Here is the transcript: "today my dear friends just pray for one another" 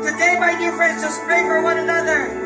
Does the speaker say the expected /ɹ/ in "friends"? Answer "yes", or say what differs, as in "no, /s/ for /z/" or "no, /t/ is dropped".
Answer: yes